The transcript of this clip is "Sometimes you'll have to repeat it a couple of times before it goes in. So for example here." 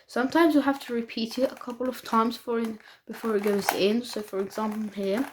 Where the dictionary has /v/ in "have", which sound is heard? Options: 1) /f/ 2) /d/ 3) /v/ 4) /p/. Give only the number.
1